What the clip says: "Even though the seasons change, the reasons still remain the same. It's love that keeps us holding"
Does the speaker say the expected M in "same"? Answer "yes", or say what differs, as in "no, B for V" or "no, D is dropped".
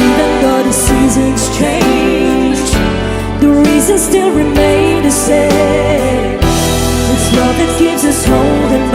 no, M is dropped